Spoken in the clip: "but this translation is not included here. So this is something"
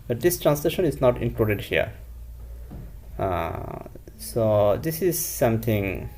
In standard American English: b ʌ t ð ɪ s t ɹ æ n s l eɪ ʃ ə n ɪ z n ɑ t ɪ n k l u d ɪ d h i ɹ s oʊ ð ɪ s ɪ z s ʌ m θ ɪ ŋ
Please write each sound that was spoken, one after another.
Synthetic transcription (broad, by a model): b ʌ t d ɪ s t ɹ æ n s l eɪ ʃ ə n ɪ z n ɑ t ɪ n k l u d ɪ d h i ɹ s oʊ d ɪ s ɪ z s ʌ m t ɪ ŋ